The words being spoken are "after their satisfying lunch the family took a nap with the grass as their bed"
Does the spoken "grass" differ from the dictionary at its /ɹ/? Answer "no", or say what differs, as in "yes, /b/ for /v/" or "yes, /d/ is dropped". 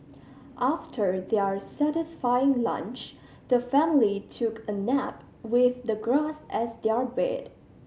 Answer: no